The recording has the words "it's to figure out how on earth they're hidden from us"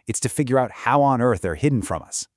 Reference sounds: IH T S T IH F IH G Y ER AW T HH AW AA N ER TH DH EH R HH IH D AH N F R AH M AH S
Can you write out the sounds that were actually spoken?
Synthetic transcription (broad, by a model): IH T S T IH F IH G Y ER AW T HH AW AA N ER TH DH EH R HH IH D N F R AH M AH S